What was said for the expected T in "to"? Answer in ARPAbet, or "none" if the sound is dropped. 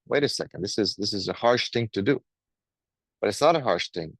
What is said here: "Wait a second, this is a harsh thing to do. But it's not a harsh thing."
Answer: T